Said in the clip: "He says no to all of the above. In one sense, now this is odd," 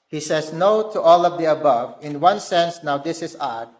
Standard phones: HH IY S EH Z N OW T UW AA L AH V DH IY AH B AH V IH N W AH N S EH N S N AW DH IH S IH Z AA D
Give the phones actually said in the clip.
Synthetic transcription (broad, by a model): HH IY S EH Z N OW T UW AA L AH V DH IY AH B AH V IH N W AH N S EH N S N AW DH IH S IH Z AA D